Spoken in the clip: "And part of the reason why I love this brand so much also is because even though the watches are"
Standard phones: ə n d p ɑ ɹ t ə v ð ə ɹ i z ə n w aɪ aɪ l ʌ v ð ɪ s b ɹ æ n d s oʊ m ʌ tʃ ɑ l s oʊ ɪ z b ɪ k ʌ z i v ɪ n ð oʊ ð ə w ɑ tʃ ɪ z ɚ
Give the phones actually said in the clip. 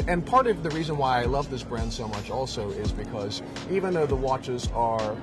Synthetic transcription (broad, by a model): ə n p ɑ ɹ t ə v ð ə ɹ i z ə n w aɪ aɪ l ʌ v ð ɪ s b ɹ æ n d s oʊ m ʌ tʃ ɑ l s oʊ ɪ z b ɪ k ʌ z i v ɪ n ð oʊ ð ə w ɑ tʃ ɪ z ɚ